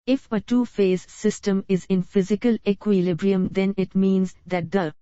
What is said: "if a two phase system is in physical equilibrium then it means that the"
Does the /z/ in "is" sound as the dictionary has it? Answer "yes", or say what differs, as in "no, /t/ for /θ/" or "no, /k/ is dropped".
yes